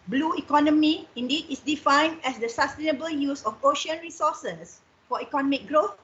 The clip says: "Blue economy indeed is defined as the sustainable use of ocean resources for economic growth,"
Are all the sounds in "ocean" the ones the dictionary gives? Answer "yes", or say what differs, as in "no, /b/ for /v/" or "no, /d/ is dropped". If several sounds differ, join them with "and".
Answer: yes